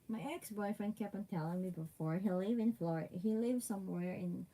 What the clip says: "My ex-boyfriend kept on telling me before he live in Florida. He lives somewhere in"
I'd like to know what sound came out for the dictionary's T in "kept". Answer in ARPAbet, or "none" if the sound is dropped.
none